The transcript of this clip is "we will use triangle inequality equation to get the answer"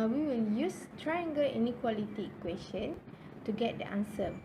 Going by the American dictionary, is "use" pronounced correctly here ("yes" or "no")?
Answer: yes